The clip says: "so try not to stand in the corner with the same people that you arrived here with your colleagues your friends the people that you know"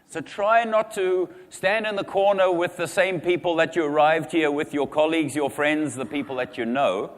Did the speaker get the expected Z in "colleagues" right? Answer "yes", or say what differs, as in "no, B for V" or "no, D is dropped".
yes